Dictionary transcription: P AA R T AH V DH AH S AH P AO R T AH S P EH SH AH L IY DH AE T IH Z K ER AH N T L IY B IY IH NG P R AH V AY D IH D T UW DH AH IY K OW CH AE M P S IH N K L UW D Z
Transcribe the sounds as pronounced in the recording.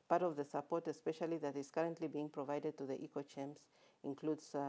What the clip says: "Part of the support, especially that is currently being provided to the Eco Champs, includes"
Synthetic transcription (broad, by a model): P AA R T AH V DH AH S AH P AO R T AH S P EH SH AH L IY DH AE T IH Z K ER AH N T L IY B IY IH NG P R AH V AY D IH D T UW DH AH IY K OW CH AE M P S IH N K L UW D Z